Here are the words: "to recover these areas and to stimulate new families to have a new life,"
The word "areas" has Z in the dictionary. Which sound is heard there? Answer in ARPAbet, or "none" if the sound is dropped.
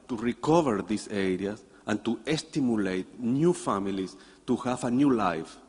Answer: S